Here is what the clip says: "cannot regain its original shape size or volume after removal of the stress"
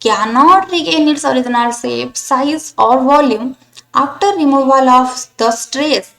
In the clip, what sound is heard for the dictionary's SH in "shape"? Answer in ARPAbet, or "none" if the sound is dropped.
S